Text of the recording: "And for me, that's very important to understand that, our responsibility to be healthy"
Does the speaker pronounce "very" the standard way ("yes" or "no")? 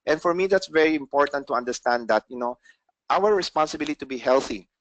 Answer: yes